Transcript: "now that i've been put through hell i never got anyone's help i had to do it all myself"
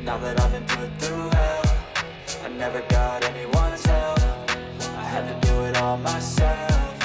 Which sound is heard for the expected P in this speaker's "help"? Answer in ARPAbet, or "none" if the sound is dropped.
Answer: F